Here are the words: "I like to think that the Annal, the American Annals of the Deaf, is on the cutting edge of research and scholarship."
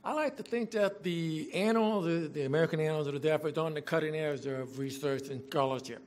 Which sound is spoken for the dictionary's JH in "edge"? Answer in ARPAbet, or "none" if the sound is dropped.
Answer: Z